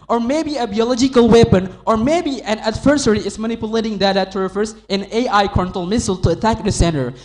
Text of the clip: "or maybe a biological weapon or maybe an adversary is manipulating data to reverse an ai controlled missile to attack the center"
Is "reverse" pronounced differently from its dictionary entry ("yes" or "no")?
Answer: yes